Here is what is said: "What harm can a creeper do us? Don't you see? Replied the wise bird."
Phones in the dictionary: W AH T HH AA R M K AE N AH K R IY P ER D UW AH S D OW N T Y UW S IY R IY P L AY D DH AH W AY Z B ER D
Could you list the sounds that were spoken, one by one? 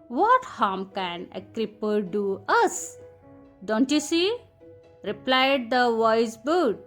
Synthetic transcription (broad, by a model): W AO T HH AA M K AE N AH K R IY P ER D UW AH S D OW N T Y UW S IY R IY P L AY D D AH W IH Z B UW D